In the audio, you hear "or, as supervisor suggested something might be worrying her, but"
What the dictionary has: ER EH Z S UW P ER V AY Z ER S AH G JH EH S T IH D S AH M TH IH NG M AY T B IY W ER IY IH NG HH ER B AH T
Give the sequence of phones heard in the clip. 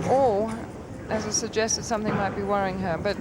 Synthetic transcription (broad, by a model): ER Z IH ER Z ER S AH G JH EH S T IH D S AH M TH IH NG M AY T B IY W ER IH NG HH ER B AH T